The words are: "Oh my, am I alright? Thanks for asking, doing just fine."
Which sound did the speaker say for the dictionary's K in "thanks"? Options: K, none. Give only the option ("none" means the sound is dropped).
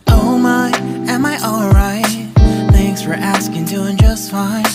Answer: K